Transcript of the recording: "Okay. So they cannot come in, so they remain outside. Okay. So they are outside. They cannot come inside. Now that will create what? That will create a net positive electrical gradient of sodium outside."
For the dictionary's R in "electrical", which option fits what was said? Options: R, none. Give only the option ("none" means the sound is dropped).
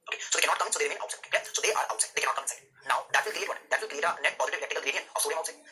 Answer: none